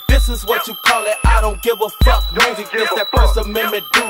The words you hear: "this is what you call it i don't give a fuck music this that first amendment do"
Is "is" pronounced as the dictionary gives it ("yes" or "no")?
yes